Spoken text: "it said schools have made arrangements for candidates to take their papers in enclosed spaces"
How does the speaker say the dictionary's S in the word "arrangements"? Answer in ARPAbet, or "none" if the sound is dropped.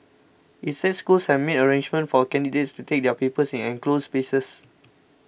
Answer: none